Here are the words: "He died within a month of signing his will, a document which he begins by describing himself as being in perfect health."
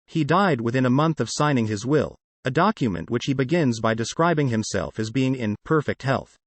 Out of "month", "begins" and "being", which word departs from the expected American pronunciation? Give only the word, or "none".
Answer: none